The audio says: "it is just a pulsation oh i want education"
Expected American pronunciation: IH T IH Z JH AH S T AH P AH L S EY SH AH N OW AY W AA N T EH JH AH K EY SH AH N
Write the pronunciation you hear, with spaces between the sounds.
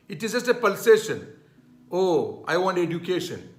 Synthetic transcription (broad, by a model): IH T IH Z JH AH S T AH P AH L S EY SH AH N OW AY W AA N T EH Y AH K EY SH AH N